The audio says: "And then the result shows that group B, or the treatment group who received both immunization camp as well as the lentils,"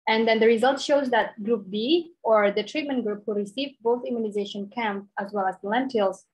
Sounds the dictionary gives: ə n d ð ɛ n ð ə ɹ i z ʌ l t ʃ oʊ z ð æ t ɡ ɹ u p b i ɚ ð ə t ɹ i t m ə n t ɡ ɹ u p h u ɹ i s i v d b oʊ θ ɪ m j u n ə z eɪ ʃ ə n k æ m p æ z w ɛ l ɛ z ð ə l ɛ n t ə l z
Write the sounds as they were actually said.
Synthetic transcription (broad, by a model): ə n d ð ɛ n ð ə ɹ i z ʌ l t ʃ oʊ z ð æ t ɡ ɹ u p b i ɚ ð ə t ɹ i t m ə n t ɡ ɹ u p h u ɹ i s i v b oʊ θ ɪ m j u n ə z eɪ ʃ ə n k æ m p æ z w ɛ l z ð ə l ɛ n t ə l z